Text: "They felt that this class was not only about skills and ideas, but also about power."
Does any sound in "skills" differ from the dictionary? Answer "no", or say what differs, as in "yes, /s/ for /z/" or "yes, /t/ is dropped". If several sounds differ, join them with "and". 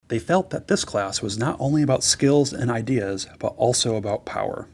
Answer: no